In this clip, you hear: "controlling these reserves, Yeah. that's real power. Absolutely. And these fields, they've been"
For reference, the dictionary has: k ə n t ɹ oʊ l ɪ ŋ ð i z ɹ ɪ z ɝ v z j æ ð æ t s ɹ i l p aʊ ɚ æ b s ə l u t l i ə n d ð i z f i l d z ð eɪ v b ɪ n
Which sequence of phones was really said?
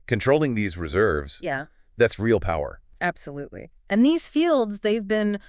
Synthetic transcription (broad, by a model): k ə n t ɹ oʊ l ɪ ŋ ð i z ɹ ɪ z ɝ v z j æ ð æ t s ɹ i l p aʊ ɚ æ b s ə l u t l i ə n ð i z f i l d z ð eɪ v b ɪ n